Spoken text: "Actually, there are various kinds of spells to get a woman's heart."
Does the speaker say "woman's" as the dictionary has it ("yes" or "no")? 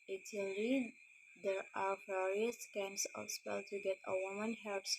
no